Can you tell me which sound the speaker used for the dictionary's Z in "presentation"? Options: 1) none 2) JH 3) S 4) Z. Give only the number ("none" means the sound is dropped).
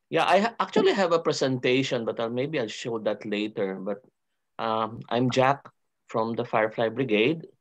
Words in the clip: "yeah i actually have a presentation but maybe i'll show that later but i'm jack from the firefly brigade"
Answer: 3